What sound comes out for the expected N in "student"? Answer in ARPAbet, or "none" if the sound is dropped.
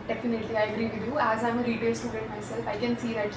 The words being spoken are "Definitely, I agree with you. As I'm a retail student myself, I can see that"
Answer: none